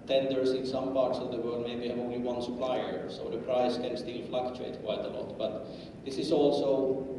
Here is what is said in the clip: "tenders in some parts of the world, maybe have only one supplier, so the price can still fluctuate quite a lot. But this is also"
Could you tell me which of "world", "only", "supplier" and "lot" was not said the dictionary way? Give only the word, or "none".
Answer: world